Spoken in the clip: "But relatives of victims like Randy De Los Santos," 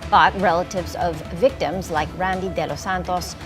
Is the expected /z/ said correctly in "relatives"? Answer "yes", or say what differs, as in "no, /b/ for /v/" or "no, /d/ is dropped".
yes